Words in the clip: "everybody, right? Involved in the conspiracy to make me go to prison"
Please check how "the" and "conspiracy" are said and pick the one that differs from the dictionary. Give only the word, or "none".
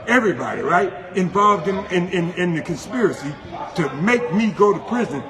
none